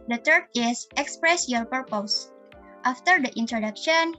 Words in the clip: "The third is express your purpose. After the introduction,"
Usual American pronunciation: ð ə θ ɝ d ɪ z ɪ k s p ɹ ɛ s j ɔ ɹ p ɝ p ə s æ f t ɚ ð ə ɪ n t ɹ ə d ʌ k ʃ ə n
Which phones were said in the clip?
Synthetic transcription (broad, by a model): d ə t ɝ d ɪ s ɪ k s p ɹ ɛ s j ɔ ɹ p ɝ p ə s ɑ f t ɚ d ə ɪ n t ɹ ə d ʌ k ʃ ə n